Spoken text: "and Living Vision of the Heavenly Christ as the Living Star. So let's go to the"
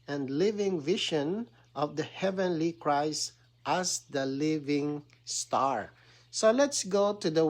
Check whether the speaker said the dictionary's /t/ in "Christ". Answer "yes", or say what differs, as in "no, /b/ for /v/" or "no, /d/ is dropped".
yes